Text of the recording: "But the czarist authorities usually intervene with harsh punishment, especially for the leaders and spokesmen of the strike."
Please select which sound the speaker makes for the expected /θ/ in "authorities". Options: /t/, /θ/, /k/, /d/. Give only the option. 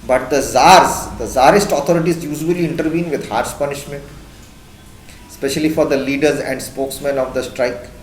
/t/